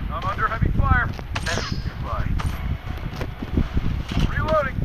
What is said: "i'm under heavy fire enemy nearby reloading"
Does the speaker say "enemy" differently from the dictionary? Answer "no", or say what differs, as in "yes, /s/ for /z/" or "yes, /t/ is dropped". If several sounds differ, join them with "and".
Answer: yes, /m/ is dropped